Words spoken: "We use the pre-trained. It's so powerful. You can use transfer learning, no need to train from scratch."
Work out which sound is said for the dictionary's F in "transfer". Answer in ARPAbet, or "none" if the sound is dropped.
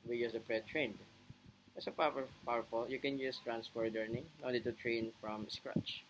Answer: P